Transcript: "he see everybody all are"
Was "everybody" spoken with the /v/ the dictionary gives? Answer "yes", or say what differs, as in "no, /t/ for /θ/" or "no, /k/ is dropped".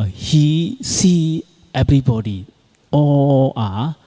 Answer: no, /b/ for /v/